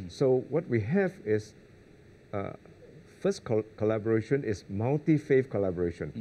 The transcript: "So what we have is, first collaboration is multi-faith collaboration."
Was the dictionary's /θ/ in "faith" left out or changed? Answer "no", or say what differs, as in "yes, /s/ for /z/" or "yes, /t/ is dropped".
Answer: yes, /f/ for /θ/